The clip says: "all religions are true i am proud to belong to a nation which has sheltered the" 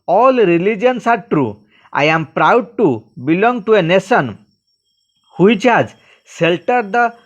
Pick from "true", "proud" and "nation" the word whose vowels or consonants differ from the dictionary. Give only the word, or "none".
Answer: nation